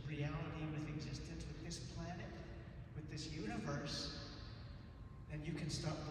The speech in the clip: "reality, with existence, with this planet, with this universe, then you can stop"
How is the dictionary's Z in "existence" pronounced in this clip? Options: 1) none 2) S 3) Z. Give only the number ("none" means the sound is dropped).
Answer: 3